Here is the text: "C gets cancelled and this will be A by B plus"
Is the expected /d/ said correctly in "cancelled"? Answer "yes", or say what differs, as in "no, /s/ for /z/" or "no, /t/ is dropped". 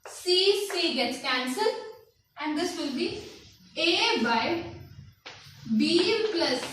no, /d/ is dropped